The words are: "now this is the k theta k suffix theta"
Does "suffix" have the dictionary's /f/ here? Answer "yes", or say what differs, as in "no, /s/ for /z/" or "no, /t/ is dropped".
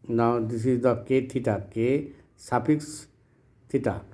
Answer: no, /p/ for /f/